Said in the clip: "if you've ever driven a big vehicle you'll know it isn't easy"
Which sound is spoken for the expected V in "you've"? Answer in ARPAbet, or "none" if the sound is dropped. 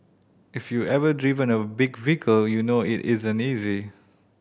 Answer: none